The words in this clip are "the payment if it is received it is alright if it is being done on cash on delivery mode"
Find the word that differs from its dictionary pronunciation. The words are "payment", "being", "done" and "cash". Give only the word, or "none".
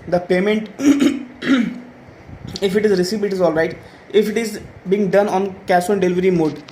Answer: cash